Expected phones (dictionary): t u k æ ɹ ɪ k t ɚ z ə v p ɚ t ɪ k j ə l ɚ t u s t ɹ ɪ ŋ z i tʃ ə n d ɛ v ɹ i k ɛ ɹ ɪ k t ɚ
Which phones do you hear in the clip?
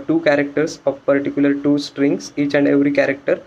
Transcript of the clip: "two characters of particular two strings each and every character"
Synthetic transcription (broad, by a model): t u k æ ɹ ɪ k t ɚ s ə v p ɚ t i k j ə l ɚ t u s t ɹ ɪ ŋ s i tʃ ə n d ɛ v ɹ i k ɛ ɹ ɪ k t ɚ